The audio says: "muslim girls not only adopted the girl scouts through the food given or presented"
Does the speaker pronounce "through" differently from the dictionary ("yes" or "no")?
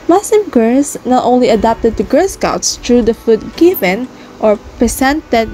yes